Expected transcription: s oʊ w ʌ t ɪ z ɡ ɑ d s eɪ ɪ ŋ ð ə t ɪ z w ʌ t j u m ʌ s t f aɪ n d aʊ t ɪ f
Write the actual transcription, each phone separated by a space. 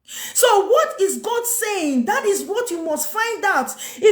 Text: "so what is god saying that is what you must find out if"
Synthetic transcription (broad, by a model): s oʊ w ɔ t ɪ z ɡ ɑ d s eɪ ɪ ŋ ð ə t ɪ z w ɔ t j u m ʌ s t f aɪ n d aʊ t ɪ